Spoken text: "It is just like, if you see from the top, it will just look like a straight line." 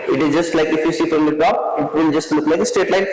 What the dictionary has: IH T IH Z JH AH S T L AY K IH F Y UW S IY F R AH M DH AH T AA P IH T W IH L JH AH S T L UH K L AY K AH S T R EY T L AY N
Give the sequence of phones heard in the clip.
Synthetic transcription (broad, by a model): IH T IH Z JH AH S T L AY K IH F Y UW S IY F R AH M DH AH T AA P IH T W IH L JH AH S T L UH K L AY K AH S T EY T L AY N